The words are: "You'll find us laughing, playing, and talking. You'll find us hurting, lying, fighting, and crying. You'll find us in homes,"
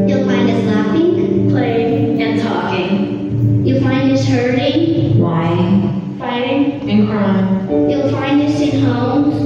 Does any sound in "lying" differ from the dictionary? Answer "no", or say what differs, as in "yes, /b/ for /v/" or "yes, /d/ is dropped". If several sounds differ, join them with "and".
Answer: yes, /w/ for /l/